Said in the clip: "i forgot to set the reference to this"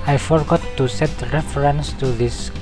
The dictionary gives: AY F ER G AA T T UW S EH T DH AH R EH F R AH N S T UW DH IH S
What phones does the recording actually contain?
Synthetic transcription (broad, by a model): AY F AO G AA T T UW S EH T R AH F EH R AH N S T UW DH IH S